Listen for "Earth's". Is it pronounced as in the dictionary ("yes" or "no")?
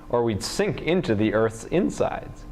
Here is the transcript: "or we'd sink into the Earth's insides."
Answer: yes